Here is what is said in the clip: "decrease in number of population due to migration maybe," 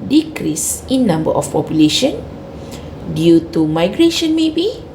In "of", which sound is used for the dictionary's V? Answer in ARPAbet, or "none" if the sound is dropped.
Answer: F